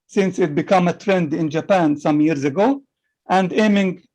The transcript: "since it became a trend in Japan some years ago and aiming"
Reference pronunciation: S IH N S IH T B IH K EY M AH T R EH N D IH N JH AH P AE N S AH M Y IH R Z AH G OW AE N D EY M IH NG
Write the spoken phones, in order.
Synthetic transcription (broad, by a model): S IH N S IH T B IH K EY M AH T R EH N D IH N JH AH P AE N S AH M Y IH R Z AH G OW AE N D EY M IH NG